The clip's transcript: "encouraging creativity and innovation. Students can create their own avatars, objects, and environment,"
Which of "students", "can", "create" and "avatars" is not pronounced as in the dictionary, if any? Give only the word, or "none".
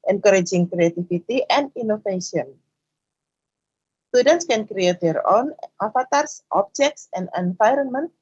avatars